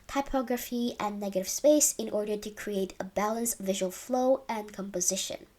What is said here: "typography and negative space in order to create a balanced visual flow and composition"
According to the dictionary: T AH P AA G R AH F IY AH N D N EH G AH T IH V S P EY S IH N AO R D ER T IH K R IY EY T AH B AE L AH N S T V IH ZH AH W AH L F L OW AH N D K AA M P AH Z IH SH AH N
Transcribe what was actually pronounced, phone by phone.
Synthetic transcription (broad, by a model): T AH P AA G R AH F IY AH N N EH G AH T IH V S P EY S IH N AO R D ER T IH K R IY EY T AH B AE L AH N S V IH ZH AH W AH L F L OW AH N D K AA M P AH Z IH SH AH N